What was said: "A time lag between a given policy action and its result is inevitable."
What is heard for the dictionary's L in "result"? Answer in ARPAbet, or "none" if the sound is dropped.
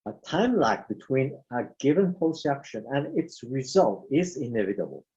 L